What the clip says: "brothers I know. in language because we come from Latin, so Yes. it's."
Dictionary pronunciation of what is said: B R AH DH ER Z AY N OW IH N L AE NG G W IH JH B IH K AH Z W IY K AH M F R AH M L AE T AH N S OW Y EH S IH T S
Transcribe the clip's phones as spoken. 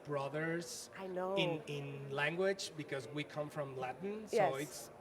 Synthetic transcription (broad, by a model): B R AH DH ER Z AY N OW IH N L AE NG G W IH JH B IH K AH Z W IY K AH M F R AH M L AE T N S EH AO IH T S